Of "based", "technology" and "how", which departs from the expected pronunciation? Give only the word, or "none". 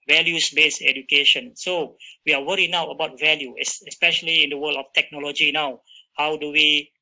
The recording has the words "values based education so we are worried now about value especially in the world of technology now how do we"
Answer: based